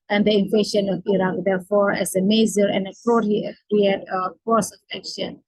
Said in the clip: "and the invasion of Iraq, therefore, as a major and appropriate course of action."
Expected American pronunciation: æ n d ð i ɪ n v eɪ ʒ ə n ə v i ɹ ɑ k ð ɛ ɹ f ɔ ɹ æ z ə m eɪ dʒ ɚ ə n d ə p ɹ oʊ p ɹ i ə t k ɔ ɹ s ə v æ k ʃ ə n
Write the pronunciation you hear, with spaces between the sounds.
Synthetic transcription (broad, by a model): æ n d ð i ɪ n f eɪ ʃ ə n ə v i ɹ ɑ k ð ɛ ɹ f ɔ ɹ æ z ə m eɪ z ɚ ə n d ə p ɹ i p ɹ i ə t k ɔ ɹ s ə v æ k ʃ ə n